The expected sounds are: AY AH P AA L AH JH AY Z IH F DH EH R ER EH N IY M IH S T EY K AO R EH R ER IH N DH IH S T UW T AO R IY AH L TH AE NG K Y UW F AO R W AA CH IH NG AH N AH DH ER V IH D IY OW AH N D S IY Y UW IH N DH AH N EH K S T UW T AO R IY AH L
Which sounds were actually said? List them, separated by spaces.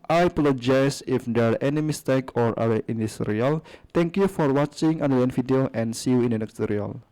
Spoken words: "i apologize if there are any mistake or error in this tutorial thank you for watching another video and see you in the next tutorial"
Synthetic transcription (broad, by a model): AY P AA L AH JH AY S IH F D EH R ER EH N IY M IH S T EY K AO R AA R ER IH N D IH S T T R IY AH L T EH NG K Y UW F AO R W AA CH IH NG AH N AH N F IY D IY OW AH N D S IY Y UW IH N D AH N EH K S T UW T R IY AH L